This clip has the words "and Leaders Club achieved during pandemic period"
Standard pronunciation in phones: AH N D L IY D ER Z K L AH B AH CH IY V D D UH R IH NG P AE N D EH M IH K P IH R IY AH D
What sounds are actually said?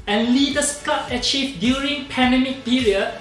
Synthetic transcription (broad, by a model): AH N L IY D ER S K AA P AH CH IY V D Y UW R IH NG P AE N D EH M IH K P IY R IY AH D